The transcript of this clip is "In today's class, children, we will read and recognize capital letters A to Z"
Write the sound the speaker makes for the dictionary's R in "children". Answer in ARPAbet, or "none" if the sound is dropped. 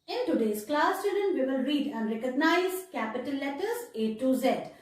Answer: none